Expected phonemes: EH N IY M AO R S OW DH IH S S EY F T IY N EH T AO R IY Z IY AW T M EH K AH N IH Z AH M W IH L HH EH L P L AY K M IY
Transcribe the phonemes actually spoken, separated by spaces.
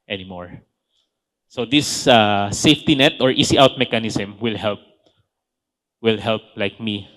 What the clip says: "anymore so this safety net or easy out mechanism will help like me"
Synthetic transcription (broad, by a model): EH N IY M AO R S OW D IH S S EY F T IY N EH T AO R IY S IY AW T M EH K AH N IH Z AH M W IH L HH EH L P L AY K M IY